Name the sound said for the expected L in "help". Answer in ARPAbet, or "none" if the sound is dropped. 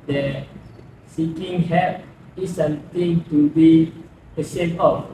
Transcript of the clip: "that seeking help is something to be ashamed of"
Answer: none